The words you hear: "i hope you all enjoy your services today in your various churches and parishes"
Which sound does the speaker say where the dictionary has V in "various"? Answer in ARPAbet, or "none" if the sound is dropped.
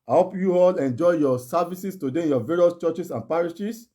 V